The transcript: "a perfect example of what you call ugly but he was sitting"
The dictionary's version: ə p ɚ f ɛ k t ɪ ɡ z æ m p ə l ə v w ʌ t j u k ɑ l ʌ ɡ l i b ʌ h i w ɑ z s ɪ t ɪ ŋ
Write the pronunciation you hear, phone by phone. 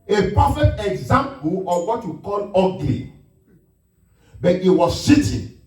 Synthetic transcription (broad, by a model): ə p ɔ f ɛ t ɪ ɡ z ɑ m p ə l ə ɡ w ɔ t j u k ɑ l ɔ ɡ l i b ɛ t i w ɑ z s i t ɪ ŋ